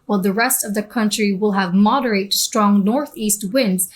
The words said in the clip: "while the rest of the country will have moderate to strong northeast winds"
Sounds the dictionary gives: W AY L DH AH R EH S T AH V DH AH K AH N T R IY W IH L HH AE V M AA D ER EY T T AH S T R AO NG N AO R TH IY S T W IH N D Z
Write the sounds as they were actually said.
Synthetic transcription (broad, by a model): W AY L DH AH R EH S T AH V DH AH K AH N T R IY W IH L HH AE V M AA D ER EY T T S T R AO NG N AO R TH IY S T W IH N D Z